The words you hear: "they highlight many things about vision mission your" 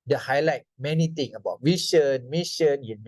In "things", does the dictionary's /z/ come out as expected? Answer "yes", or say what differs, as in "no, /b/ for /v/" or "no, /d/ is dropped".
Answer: no, /z/ is dropped